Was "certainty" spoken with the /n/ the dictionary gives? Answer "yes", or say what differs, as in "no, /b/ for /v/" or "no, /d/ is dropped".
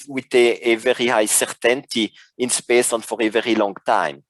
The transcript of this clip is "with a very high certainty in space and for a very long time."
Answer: yes